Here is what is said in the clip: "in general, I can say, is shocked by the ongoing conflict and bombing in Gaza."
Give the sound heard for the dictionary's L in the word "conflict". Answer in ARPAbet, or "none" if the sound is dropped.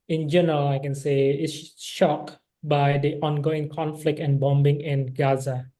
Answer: L